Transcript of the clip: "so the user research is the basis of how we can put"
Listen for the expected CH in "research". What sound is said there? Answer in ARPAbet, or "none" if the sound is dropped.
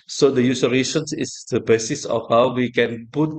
S